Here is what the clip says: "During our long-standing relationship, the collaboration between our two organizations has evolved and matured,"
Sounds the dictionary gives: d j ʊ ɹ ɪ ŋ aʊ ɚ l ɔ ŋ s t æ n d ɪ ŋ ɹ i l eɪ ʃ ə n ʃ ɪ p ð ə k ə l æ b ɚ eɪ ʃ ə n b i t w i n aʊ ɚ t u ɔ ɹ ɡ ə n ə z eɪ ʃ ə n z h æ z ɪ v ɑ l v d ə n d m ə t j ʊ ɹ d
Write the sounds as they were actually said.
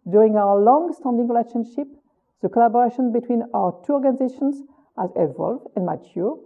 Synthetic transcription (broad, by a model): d j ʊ ɹ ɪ ŋ aʊ ɚ l ɔ ŋ s t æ n d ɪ ŋ ɹ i l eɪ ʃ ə n ʃ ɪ p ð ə k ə l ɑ b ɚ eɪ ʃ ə n b i t w i n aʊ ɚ t u ɔ ɹ ɡ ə n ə z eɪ ʃ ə n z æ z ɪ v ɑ l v ə n m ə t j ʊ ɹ